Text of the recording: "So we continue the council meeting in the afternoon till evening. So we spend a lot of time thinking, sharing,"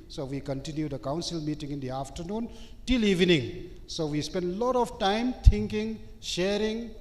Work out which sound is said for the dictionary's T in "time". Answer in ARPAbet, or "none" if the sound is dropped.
T